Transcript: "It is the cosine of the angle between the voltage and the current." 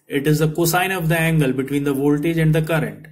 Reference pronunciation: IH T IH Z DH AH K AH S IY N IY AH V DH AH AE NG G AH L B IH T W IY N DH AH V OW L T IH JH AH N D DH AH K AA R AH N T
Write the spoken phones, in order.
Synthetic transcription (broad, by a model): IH T IH Z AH K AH S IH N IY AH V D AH AE NG G AH L B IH T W IY N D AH V OW L T IH JH AH N D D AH K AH R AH N T